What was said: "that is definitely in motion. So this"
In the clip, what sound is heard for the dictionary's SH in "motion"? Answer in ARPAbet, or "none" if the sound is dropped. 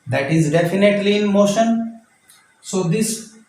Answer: SH